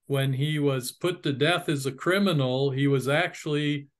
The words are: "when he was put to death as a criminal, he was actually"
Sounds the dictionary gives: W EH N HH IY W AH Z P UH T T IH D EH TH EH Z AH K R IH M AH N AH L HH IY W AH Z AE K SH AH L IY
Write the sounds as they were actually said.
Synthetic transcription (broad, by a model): W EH N IY W AH Z P UH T T IH D EH TH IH Z AH K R IH M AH N L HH IY W AH Z AE K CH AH L IY